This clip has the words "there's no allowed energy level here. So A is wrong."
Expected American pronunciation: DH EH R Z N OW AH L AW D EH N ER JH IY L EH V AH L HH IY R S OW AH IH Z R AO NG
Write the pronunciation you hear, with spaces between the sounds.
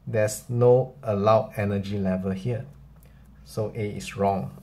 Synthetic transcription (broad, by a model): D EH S N OW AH L AW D EH N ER JH IY L EH V AH L HH IY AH S OW AH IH S R AO NG